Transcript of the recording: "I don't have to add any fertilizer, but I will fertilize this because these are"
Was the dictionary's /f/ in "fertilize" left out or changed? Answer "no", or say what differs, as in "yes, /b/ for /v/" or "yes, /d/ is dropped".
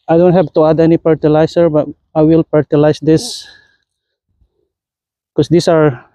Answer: yes, /p/ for /f/